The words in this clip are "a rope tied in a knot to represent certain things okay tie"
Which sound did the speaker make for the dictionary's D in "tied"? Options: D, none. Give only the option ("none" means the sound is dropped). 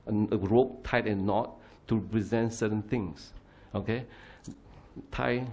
none